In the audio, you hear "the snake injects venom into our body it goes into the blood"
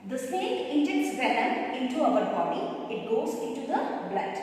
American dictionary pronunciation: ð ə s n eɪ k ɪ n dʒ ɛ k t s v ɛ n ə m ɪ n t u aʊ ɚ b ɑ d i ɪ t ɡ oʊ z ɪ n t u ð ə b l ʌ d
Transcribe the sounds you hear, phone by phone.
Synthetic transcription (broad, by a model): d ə s eɪ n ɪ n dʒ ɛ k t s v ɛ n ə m ɪ n t u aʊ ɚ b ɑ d i ɪ t ɡ oʊ z ɪ n t u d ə b l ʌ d